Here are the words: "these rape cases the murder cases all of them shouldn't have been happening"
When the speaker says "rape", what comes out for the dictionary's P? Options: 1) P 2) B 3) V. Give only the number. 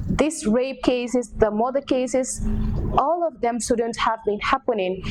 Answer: 2